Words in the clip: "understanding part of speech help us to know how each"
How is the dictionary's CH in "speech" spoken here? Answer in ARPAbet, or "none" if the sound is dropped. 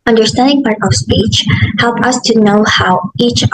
CH